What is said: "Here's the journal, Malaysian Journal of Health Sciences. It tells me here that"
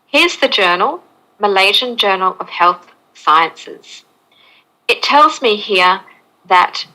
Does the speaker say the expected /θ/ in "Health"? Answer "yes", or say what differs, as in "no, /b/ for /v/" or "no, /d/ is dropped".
yes